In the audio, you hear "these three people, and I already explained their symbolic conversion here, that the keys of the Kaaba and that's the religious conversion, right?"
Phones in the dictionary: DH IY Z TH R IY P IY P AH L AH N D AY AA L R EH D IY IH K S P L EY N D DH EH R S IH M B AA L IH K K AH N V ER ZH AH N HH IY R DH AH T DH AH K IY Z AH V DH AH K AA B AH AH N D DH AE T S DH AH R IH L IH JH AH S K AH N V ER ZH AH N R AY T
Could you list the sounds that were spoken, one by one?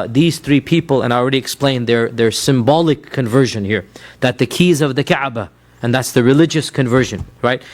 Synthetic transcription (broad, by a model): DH IY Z TH R IY P IY P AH L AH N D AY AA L R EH D IY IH K S P L EY N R DH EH R S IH M B AA L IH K K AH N V ER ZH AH N HH IY R DH AH T DH AH K IY Z AH V DH AH K AA B AH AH N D DH AE T S DH AH R IH L IH JH AH S K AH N V ER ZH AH N R AY T